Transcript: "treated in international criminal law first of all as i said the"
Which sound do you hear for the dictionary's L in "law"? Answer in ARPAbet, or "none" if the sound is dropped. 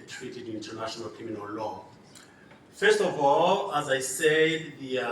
L